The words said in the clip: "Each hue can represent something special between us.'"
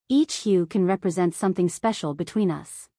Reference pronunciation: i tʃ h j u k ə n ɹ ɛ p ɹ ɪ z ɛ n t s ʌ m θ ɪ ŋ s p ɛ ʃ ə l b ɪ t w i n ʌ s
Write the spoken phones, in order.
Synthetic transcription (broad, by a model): i tʃ h j u k ə n ɹ ɛ p ɹ ɪ z ɛ n t s ʌ m θ ɪ ŋ s p ɛ ʃ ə l b ɪ t w i n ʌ s